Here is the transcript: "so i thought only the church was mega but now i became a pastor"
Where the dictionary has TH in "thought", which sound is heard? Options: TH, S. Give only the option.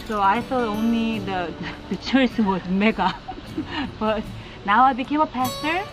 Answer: S